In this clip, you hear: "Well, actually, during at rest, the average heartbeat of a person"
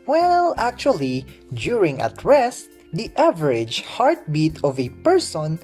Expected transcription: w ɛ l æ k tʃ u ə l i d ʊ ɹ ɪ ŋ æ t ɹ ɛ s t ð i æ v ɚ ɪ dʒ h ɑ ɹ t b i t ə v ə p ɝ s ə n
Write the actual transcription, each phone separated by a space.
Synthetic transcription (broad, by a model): w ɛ l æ k tʃ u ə l i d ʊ ɹ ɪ ŋ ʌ t ɹ ɛ s t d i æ v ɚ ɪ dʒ h ɑ ɹ t b i t ə v ə p ɝ s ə n